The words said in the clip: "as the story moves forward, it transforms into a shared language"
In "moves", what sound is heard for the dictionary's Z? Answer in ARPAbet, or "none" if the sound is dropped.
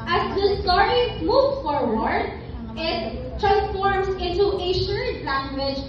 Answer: none